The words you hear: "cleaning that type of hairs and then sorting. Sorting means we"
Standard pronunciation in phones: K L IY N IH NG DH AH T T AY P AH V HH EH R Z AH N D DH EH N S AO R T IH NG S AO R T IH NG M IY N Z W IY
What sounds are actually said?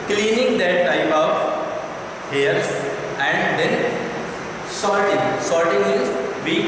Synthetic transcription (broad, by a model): K L IY N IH NG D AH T T AY P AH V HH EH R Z AH N D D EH N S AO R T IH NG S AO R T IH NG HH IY L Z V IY